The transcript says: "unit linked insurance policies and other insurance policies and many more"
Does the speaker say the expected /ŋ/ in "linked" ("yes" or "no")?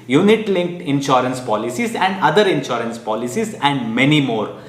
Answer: yes